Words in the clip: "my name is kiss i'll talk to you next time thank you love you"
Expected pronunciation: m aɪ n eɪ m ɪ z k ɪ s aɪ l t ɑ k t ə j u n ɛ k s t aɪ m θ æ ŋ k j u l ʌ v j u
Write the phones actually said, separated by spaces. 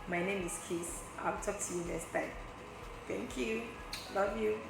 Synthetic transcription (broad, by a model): m aɪ n eɪ m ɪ s k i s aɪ t ɑ k t ə j u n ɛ s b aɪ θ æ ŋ k j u l ʌ v j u